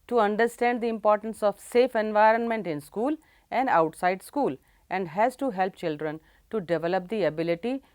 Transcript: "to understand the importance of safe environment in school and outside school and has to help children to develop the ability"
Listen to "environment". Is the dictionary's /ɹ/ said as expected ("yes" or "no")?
yes